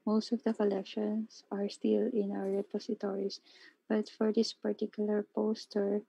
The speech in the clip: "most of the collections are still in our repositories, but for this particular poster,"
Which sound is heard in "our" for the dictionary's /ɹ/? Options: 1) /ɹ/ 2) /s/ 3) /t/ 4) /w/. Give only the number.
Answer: 4